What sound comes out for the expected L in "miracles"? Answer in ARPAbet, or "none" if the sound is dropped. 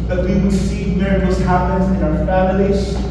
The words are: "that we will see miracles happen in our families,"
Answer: none